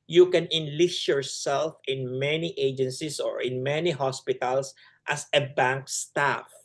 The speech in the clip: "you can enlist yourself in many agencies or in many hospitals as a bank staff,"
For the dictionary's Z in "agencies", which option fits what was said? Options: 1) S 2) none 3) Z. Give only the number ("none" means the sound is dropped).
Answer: 1